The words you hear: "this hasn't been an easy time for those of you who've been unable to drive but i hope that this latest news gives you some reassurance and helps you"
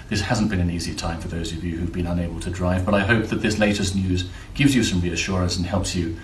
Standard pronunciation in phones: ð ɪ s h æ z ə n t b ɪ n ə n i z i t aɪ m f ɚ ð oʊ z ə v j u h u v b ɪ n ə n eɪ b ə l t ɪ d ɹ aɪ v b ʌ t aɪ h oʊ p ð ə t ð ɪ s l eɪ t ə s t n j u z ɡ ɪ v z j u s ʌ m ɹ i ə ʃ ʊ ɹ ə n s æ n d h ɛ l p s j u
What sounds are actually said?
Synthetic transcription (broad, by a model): ð ɪ s h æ z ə n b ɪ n ə n i z i t aɪ m f ɚ ð oʊ z ə v j u h u v b ɪ n ə n eɪ b ə l t ɪ d ɹ aɪ v b ʌ t aɪ h oʊ p ð ə t ð ɪ s l eɪ t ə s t n j u z ɡ ɪ v z j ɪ s ʌ m ɹ i ə ʃ ʊ ɹ ə n s n h ɛ l p s j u